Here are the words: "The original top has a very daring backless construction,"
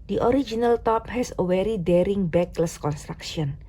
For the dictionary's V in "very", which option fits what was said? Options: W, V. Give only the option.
W